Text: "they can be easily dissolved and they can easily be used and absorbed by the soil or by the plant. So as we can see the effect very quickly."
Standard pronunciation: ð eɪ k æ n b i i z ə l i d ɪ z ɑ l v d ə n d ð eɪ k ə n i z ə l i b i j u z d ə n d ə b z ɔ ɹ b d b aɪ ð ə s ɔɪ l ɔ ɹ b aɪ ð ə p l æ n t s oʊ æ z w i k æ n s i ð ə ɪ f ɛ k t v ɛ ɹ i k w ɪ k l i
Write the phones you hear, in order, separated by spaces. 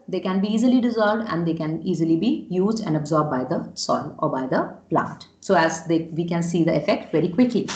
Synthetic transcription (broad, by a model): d eɪ k æ n b i i z ə l i d ɪ z ɑ l v d ə n d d eɪ k ə n i z ə l i b i j u z d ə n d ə b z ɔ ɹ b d b aɪ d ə s ɔɪ l ɔ ɹ b aɪ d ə p l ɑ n t s oʊ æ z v i k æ n s i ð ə ɪ f ɛ k t v ɛ ɹ i k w ɪ k l i